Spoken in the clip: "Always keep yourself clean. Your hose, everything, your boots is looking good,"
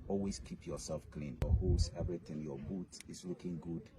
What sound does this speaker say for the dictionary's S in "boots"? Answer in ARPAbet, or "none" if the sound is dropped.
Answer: none